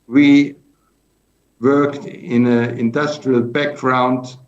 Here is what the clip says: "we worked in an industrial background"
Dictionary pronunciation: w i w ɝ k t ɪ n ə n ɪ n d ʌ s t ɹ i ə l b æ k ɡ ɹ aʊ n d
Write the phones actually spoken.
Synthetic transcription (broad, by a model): w i w ɝ k t ɪ n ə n ɪ n d ʌ s t ɹ i ə l b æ k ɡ ɹ aʊ n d